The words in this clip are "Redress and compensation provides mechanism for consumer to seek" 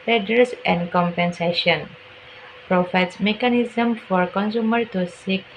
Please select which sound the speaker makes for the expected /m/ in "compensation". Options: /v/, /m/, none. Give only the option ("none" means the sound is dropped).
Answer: /m/